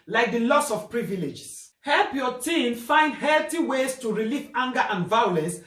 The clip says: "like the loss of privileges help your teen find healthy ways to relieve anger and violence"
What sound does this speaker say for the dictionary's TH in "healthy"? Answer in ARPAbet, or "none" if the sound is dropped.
T